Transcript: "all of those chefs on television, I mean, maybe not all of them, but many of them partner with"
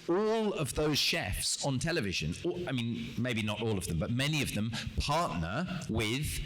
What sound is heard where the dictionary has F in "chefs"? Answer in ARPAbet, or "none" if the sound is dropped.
F